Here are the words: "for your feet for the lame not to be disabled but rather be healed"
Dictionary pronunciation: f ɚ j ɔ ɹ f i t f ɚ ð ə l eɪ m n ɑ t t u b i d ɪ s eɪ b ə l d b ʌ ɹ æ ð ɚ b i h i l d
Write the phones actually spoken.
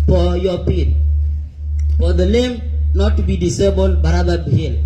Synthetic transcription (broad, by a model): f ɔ j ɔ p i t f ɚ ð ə l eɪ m n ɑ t t u b i d ɪ s eɪ b ə l d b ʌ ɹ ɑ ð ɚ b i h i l